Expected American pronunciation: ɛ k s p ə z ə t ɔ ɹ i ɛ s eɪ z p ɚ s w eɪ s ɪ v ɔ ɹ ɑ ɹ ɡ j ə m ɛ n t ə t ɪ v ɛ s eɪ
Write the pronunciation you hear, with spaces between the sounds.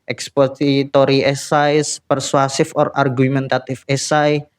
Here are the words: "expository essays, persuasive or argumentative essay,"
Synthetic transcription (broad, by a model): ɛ k s p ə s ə t ɔ ɹ i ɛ s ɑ s p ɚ s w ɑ s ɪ f ɔ ɹ ɑ ɹ ɡ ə m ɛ n t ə t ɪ f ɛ s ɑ